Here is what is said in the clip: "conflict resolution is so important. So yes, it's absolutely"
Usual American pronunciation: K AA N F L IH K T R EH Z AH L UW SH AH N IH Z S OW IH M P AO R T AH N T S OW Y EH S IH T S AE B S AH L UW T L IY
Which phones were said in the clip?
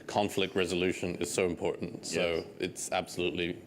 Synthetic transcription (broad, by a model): K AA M F L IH K T R EH Z AH L UW SH AH N IH Z S OW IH M P AO R T N T S OW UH IH T S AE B S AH L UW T L IY